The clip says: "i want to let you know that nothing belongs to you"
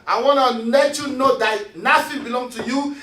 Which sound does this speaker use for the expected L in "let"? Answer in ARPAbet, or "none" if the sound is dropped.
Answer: N